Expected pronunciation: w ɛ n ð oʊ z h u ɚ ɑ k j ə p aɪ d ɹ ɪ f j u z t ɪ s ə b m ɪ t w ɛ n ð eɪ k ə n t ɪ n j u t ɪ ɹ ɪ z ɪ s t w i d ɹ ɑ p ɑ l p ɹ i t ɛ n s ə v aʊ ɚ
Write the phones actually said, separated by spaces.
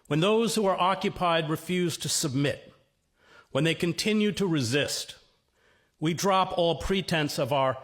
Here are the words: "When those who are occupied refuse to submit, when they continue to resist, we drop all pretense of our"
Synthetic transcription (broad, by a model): w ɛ n ð oʊ z h u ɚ ɑ k j ə p aɪ d ɹ ɪ f j u z t ɪ s ə b m ɪ t w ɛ n ð eɪ k ə n t ɪ n j u t ɪ ɹ ɪ z ɪ s t w i d ɹ ɑ p ɑ l p ɹ i t ɛ n s ə v aʊ ɚ